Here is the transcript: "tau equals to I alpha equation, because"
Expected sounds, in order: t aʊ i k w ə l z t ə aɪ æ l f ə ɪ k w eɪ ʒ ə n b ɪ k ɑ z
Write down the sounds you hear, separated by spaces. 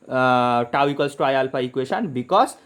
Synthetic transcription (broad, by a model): t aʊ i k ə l s t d aɪ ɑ l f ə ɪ k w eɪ s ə n b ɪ k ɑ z